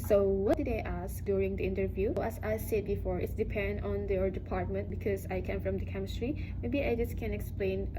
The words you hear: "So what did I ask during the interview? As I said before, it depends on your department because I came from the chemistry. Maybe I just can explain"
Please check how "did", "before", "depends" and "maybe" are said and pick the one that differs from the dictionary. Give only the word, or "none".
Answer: depends